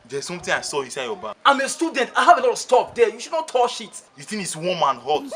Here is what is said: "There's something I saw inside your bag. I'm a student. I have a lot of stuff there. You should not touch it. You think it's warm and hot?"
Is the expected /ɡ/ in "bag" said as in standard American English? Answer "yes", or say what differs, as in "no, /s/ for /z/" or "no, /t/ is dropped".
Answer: no, /ɡ/ is dropped